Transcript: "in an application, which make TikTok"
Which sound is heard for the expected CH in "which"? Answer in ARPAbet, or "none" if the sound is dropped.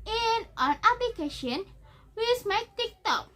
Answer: S